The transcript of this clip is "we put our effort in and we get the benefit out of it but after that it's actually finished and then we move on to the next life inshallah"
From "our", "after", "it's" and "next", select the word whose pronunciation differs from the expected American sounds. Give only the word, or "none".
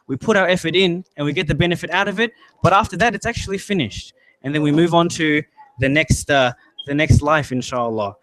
none